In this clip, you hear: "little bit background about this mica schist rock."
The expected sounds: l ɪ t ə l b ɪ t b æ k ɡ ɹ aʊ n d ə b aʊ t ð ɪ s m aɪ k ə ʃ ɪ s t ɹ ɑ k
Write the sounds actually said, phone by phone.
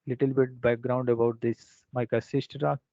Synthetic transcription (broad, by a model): l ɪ t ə l b ɪ t b æ k ɡ ɹ aʊ n d ə b aʊ t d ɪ s m aɪ k ə s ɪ s t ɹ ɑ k